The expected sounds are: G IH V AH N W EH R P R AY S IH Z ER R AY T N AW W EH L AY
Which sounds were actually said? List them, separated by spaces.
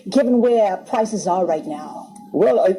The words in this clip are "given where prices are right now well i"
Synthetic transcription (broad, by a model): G IH V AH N W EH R P R AY S IH Z ER R AY T N AW W EH L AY